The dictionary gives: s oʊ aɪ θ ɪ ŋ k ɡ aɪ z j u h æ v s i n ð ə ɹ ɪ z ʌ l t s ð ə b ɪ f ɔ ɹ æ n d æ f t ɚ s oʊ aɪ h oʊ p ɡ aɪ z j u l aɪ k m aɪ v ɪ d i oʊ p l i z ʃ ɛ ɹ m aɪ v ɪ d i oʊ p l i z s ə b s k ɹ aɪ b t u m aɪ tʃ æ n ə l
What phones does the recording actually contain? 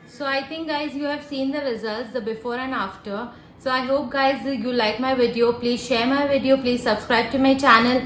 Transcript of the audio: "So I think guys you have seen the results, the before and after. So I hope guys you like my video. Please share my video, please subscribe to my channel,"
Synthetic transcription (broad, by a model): s oʊ aɪ t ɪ ŋ k ɡ aɪ z j u h æ v s i n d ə ɹ ɪ z ʌ l t s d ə b ɪ f ɔ ɹ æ n d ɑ f t ɚ s oʊ aɪ h oʊ p ɡ aɪ z j u l aɪ k m aɪ v ɪ d i oʊ p l i z ʃ ɛ ɹ m aɪ v ɪ d i oʊ p l i z s ə b s k ɹ aɪ b t u m aɪ tʃ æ n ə l